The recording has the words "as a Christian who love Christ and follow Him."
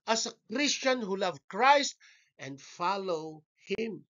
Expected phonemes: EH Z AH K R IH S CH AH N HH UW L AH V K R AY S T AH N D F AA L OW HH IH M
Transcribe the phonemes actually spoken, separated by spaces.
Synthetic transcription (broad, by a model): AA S AH K R IH S CH AH N HH UW L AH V K R AY S T AH N D F AA L OW HH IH M